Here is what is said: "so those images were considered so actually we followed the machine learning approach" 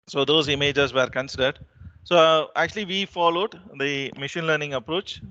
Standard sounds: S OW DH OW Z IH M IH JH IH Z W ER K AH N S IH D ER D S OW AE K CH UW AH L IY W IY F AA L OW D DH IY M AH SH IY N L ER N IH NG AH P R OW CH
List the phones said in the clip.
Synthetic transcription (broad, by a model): S OW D OW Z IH M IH JH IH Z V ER K AH N S IH D ER D S OW AE K CH UW AH L IY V IY F AA L OW D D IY M AH SH IY N L ER N IH NG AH P R OW CH